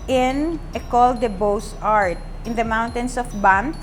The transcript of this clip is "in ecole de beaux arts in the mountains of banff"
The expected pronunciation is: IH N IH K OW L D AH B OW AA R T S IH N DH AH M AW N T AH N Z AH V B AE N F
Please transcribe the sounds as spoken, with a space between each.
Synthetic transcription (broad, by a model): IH N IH K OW L D AH B OW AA R T IH N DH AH M AW N T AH N S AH F B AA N